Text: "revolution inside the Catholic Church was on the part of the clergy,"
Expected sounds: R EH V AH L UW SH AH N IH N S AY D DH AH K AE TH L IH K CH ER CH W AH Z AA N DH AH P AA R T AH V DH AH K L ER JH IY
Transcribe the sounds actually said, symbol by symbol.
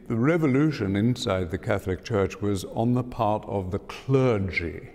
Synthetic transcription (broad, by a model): R EH V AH L UW SH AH N IH N S AY D DH AH K AE TH L IH K CH ER CH W AH Z N DH AH P AA R T AH V DH AH K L ER JH IY